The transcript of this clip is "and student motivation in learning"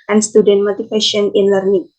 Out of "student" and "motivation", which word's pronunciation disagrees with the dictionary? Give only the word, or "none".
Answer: motivation